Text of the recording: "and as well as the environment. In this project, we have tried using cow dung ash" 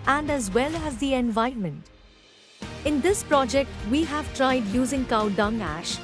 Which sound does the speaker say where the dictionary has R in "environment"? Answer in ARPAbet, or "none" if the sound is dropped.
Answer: none